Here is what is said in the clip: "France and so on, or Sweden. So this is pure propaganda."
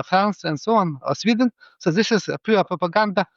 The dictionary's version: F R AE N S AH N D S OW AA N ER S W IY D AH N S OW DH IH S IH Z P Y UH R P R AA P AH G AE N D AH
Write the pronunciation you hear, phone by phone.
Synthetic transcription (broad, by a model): F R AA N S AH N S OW AA N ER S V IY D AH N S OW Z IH SH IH S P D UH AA P R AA P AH G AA N D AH